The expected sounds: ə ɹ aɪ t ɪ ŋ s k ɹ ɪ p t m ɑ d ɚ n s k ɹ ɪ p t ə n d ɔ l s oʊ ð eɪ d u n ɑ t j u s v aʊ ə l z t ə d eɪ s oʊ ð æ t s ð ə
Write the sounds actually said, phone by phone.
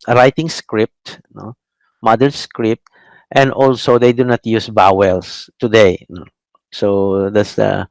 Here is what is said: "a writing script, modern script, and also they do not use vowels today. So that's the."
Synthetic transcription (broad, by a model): ɹ aɪ t ɪ ŋ s k ɹ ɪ p t m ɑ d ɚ s k ɹ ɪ p t ə n d ɔ l s oʊ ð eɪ d u n ɑ t j u s b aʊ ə l s t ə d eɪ s oʊ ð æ t s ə